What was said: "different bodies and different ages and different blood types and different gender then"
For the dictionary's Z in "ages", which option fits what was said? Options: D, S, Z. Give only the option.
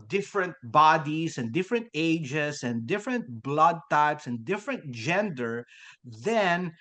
S